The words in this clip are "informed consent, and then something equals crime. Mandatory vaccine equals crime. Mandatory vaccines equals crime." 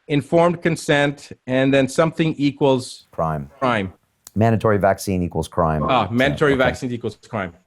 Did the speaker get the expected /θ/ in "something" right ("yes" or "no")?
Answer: yes